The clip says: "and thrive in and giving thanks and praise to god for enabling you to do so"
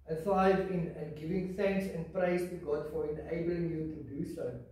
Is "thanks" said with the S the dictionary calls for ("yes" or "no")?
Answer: yes